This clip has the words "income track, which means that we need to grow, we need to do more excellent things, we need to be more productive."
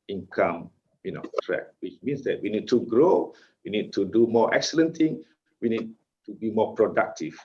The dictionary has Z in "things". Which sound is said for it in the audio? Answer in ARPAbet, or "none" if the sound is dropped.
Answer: none